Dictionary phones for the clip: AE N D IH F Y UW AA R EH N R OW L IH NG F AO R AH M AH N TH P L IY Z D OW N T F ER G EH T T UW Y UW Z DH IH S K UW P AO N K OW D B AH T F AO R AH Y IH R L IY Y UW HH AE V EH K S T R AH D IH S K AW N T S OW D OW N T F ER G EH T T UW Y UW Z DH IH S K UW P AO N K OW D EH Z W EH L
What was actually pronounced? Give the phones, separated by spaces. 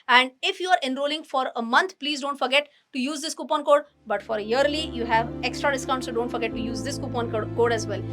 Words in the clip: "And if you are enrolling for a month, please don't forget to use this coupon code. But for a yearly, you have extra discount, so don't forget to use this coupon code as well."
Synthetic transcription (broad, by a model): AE N D IH F Y UW AA R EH N R OW L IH NG F AO R AH M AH N T P L IY Z D OW N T F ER G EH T T UW Y UW Z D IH S K UW P AO N K OW D B AH T F AO R AH Y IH R L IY Y UW HH AE V EH K S T R AH D IH S K AW N T S OW D OW N T F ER G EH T T UW Y UW Z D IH S K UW P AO N K OW D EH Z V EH L